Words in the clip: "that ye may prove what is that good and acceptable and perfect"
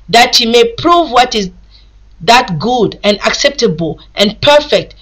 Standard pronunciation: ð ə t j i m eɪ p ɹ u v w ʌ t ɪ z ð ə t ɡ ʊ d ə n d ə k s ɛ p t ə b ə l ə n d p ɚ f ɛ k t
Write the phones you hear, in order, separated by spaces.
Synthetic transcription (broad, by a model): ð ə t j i m eɪ p ɹ u v w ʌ t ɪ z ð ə t ɡ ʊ d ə n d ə k s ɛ p t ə b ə l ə n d p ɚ f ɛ k t